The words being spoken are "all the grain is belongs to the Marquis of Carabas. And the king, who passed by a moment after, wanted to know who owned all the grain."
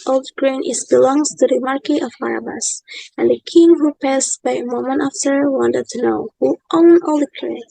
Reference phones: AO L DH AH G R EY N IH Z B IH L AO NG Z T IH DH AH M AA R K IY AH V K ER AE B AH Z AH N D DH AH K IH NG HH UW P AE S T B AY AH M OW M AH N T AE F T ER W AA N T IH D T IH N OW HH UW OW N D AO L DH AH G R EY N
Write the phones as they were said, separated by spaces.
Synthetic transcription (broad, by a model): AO L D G R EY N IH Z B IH L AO NG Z T IH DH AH M AA R K IY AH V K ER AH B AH S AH N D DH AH K IH NG HH UW P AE S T B AY AH M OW M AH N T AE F S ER W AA N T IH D T IH N OW HH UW OW N AO L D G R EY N